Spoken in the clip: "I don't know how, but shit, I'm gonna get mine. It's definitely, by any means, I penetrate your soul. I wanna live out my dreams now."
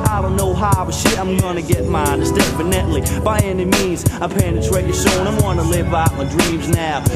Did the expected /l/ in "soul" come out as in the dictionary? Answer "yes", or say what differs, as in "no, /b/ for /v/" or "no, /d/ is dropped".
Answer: no, /n/ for /l/